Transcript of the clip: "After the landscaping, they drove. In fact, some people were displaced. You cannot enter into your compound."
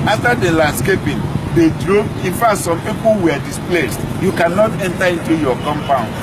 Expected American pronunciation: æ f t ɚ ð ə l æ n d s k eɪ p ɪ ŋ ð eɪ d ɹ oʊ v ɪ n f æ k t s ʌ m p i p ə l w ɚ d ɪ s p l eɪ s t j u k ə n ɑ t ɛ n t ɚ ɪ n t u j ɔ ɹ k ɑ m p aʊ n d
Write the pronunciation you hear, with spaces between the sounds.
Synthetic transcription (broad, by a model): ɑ f t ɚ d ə l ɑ n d s k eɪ p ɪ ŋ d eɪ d ɹ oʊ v ɪ n f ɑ t s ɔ m p i p ə l w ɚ d ɪ s p l eɪ s t j u k ə n ɑ t ɛ n t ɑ ɪ n t u j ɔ k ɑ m p aʊ n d